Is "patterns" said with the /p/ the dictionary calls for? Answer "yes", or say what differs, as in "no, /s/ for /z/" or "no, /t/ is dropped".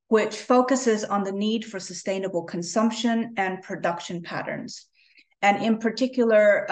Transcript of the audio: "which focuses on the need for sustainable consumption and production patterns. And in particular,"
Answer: yes